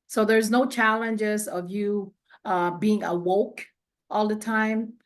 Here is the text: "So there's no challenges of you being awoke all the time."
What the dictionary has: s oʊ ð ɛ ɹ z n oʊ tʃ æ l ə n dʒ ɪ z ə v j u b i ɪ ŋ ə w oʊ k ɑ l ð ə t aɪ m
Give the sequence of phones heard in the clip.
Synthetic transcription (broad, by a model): s oʊ ð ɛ ɹ z n oʊ tʃ æ l ə n dʒ ɪ z ə v j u b i ɪ ŋ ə w oʊ k ɑ l ð ə t aɪ m